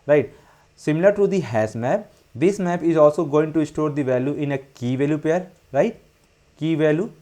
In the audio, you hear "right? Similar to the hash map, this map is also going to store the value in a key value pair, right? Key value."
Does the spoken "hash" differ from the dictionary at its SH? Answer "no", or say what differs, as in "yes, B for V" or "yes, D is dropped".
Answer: yes, S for SH